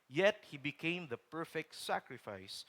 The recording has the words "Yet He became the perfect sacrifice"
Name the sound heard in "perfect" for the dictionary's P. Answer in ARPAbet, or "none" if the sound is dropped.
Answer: P